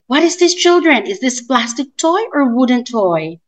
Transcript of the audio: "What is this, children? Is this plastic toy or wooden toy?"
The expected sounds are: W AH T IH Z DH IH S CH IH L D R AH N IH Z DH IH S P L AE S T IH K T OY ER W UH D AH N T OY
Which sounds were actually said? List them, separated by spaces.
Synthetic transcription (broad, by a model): W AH T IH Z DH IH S CH IH L D R AH N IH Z DH IH S P L AE S T IH K T OY ER W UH D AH N T OY